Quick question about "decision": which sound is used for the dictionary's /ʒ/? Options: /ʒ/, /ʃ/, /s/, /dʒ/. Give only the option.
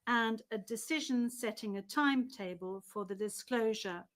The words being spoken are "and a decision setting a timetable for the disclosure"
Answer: /ʒ/